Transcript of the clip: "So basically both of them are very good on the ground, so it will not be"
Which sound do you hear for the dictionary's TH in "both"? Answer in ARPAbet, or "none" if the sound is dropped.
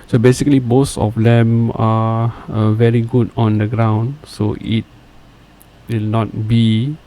S